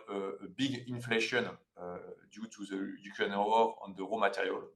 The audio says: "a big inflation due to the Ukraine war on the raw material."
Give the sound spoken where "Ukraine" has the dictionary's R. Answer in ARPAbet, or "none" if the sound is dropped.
none